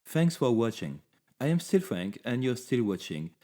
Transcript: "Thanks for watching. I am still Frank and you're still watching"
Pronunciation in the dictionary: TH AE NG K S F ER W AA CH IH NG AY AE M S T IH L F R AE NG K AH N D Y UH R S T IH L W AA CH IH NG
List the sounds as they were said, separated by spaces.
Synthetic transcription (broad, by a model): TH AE NG K S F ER W AA CH IH NG AY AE M S T IH L F R AE NG K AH N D Y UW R S T IH L W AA CH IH NG